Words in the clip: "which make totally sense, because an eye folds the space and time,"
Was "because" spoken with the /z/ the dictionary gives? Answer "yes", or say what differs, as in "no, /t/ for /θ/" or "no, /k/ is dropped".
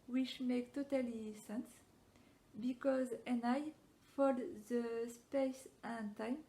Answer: yes